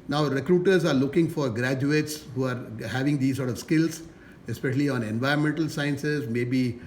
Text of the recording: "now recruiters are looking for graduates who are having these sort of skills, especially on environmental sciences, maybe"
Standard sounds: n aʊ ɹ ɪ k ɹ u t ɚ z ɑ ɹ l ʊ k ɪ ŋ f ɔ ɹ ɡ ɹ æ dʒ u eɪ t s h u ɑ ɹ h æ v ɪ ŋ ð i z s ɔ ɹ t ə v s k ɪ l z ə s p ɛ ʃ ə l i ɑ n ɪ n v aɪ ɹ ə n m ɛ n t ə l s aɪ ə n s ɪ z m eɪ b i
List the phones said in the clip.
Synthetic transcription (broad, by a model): n aʊ ɹ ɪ k ɹ u t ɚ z ɑ ɹ l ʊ k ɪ ŋ f ɔ ɹ ɡ ɹ æ dʒ u eɪ t s h u ɑ ɹ h æ v ɪ ŋ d i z s ɔ ɹ t ə v s k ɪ l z ə s p ɛ ʃ ə l i ɑ n ɪ n v aɪ ɹ ə n m ɛ n t ə l s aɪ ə n s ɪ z m eɪ b i